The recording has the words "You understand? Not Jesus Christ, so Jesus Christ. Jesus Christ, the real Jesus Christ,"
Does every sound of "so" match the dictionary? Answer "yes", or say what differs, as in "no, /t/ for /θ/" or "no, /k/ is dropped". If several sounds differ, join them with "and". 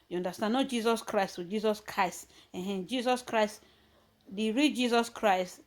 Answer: no, /θ/ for /s/